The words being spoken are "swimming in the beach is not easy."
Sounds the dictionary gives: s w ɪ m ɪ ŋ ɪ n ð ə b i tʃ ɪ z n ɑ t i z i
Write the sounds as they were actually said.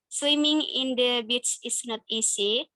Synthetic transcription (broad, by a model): s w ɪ m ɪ ŋ ɪ n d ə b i s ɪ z n ɑ t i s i